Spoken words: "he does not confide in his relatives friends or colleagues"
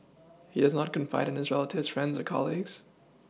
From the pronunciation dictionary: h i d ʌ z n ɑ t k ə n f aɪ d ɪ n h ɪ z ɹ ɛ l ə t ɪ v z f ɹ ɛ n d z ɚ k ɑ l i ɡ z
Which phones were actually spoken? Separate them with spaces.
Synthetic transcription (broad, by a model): h i d ʌ z n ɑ t k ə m f aɪ d ɪ n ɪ z ɹ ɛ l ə t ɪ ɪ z f ɹ ɛ n d z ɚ k ɑ l i ɡ z